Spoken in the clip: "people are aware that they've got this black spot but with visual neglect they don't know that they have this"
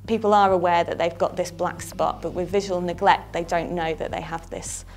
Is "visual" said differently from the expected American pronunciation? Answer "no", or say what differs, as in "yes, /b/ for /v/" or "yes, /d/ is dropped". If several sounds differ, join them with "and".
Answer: no